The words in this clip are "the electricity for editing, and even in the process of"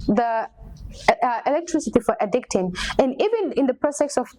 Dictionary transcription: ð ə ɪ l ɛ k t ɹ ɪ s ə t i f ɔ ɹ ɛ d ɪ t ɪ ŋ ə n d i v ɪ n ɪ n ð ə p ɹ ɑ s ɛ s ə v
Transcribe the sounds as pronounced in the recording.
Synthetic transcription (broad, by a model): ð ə ɪ l ɛ k t ɹ ɪ s ə t i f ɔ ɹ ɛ d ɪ t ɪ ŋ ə n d i v ɪ n ɪ n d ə p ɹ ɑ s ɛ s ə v